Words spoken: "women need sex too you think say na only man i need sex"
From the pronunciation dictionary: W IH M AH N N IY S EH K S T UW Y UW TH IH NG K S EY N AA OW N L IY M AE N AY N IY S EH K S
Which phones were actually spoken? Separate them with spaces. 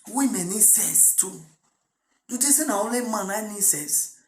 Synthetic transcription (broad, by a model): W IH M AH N N IY S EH S T UW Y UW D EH S EY N AA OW L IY M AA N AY N IY S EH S